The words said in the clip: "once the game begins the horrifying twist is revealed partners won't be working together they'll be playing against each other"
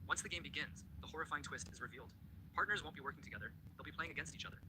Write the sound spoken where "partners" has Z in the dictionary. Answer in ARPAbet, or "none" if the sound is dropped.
Z